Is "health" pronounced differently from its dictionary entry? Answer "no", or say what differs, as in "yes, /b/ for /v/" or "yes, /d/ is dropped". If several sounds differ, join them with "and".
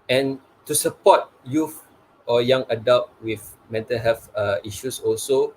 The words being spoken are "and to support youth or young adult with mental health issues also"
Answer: yes, /f/ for /θ/